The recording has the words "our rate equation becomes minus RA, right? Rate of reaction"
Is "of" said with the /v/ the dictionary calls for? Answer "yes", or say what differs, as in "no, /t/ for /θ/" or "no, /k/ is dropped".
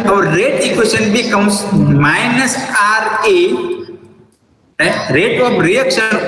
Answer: no, /b/ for /v/